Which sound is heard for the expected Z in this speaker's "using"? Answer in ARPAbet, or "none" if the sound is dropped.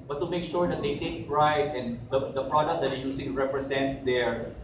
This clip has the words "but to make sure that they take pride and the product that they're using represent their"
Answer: S